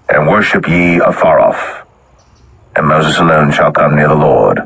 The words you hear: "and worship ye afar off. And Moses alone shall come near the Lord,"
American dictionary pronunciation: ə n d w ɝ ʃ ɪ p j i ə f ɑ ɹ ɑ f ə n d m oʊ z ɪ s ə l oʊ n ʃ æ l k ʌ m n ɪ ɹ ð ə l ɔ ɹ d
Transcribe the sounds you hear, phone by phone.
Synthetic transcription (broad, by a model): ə n w ɝ ʃ ɪ p j i ə f ɑ ɹ ɑ f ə n m oʊ z ɪ s ə l oʊ n ʃ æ l k ʌ m n ɪ ɹ ð ə l ɔ ɹ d